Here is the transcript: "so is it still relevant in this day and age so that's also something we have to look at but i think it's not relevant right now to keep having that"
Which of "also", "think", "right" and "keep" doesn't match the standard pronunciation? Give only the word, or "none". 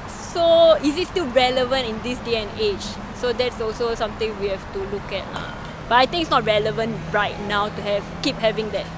think